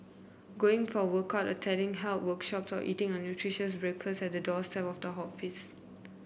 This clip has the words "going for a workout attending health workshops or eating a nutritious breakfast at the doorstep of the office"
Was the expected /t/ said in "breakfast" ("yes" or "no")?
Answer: no